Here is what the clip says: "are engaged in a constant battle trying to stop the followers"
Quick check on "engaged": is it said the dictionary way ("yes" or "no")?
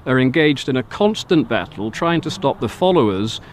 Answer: yes